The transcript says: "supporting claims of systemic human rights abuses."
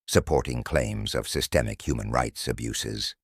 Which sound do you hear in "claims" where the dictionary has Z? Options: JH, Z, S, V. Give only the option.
Z